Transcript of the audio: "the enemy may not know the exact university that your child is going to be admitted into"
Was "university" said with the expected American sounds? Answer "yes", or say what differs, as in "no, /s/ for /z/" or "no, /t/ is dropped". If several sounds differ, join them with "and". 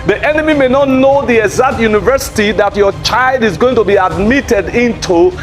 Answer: yes